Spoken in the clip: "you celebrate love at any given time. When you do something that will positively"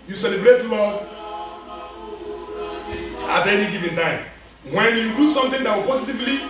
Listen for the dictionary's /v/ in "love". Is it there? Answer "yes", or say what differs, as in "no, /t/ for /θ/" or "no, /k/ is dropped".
no, /v/ is dropped